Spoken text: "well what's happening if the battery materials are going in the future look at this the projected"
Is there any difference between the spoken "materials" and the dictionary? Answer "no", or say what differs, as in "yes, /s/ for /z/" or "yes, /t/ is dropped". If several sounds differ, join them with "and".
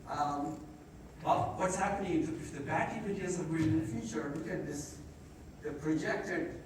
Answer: yes, /n/ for /l/